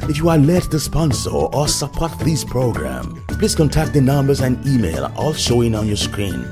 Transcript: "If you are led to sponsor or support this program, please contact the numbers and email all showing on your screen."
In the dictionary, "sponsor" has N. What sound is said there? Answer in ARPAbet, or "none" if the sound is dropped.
N